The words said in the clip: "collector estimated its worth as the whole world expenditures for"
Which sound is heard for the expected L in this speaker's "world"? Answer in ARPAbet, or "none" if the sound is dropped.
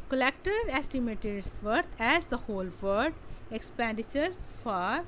none